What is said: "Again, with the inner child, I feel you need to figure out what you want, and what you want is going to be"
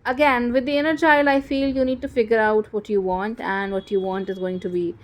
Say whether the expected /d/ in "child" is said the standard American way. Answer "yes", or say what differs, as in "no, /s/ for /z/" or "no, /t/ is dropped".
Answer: no, /d/ is dropped